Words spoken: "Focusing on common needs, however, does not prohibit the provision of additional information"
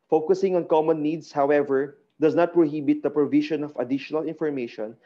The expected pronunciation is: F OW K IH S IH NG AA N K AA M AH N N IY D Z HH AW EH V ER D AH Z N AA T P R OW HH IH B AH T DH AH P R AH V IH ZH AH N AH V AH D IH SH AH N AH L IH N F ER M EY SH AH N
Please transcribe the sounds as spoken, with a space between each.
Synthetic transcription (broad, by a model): F OW K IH S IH NG AA N K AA M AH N N IY D S HH AW EH V ER D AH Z N AA T P R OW HH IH B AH T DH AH P R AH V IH SH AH N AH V AH D IH SH AH N AH L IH N F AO M EY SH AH N